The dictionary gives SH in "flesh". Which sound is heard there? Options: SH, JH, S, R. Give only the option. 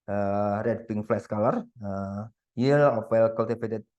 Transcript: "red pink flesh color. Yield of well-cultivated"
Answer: S